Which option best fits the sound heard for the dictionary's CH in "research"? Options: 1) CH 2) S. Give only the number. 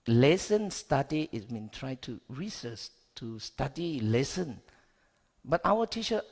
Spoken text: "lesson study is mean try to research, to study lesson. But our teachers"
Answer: 2